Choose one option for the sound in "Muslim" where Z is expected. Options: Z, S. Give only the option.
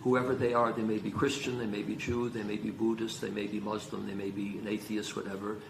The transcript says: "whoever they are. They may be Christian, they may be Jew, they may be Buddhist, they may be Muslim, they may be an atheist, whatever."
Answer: Z